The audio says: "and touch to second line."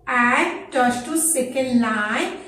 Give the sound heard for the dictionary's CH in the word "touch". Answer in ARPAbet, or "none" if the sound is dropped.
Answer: S